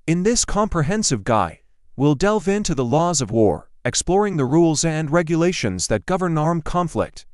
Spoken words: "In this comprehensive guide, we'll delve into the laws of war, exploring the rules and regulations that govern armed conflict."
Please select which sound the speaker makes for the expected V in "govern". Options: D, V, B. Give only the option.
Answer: V